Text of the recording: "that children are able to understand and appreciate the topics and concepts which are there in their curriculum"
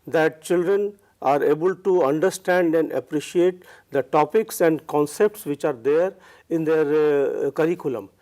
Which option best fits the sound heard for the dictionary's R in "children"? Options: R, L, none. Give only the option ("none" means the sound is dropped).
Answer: R